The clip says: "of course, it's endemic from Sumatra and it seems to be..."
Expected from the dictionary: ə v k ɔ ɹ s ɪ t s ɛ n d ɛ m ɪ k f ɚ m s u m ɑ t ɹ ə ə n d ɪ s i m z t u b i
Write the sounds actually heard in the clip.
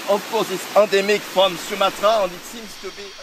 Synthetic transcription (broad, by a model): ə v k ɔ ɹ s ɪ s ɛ d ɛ m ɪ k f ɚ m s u m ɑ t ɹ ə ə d ɪ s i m s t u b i